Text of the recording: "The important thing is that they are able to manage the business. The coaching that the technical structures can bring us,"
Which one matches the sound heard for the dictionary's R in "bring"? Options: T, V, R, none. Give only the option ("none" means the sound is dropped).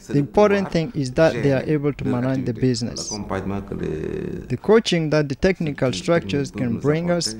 R